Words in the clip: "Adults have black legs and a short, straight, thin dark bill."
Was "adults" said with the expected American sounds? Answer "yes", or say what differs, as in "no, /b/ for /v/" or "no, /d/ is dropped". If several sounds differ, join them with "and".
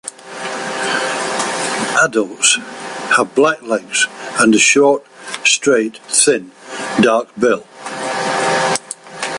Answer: yes